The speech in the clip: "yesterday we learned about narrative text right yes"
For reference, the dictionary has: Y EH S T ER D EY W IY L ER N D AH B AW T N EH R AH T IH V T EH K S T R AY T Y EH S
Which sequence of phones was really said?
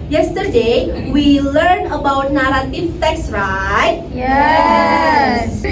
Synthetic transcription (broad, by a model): Y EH S T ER D EY W IY L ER N AH B AW T N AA R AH T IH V T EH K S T R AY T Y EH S